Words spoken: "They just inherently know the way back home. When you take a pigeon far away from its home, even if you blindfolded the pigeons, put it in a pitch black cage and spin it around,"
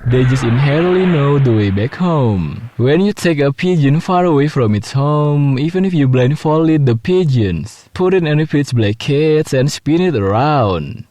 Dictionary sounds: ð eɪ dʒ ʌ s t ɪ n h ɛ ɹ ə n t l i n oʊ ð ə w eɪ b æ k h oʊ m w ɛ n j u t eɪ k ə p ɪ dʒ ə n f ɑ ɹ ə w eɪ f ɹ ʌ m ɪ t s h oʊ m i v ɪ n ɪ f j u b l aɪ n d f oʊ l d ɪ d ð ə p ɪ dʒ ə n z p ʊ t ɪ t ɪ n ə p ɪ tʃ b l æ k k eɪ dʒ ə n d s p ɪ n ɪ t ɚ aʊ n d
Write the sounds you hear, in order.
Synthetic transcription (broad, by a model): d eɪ dʒ ʌ s t ɪ n h ɛ ɹ ə n t l i n oʊ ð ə w eɪ b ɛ k h oʊ m w ɛ n j u t eɪ k ə p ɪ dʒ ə n f ɑ ɹ ə w eɪ f ɹ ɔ m ɪ t s h oʊ m i v ɪ n ɪ f j u b l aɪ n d f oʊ l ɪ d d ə p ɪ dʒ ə n s p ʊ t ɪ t ɪ n ə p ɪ s b l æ k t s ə n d s p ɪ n ɪ t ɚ aʊ n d